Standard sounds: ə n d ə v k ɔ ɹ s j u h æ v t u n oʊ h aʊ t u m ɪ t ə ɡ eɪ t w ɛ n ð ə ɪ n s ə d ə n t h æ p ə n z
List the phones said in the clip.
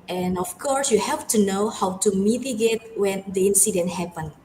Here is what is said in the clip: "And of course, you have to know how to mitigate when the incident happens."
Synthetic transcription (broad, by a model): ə n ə f k ɔ ɹ s j u h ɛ f t u n oʊ h aʊ t u m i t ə ɡ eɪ t w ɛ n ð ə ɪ n s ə d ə n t h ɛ p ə n